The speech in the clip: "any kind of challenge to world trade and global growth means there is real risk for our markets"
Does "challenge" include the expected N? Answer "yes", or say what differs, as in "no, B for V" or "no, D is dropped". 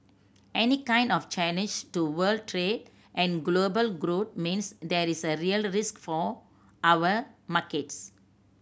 no, N is dropped